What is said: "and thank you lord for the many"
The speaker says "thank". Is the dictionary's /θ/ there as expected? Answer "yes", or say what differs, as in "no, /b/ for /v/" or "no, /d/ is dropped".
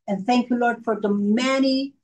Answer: yes